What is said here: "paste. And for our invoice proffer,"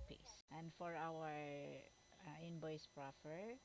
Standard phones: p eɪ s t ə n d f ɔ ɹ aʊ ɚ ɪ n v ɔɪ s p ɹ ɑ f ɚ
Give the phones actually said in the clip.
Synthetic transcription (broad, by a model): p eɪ s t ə n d f ɔ ɹ aʊ ɚ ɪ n b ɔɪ s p ɹ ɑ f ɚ